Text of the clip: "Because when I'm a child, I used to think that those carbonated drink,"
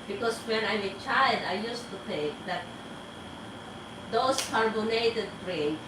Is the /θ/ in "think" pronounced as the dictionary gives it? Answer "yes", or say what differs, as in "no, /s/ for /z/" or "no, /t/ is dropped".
no, /t/ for /θ/